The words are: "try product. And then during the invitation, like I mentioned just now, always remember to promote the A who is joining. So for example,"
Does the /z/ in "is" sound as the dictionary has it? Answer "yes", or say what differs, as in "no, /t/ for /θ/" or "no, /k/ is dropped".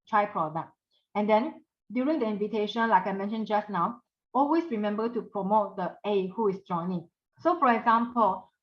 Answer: no, /s/ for /z/